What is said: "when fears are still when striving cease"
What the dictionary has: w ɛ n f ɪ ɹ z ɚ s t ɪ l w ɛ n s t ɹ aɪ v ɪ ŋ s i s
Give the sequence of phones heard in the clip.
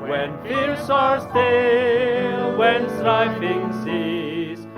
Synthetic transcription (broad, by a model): w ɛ n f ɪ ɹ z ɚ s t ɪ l w ɛ n s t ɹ aɪ f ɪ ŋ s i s